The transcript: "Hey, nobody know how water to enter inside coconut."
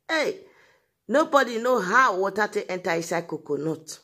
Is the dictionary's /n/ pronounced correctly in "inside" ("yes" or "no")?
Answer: no